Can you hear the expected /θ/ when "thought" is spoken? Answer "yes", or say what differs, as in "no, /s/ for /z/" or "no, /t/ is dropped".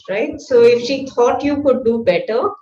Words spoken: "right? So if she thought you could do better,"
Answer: no, /t/ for /θ/